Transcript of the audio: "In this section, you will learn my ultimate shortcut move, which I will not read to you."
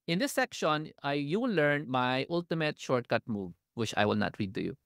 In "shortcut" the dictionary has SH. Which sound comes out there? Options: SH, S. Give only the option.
SH